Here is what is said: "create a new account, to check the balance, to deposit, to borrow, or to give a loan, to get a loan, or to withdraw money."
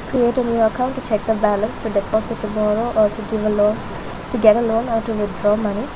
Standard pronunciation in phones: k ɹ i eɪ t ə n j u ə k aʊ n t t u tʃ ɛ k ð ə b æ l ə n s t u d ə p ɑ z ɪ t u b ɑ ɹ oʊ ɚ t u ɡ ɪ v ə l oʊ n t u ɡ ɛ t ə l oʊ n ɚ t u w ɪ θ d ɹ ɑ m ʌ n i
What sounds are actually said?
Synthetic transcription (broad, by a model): k ɹ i eɪ t ə n j u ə k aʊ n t t u tʃ ɛ k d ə b æ l ə n s t u d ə p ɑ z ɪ t u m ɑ ɹ oʊ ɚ t u ɡ ɪ v ə l oʊ n t u ɡ ɛ t ə l oʊ n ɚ t u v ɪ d ɹ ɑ m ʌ n i